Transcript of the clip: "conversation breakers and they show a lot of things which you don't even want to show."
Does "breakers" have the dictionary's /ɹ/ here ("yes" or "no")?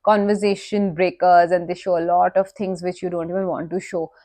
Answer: yes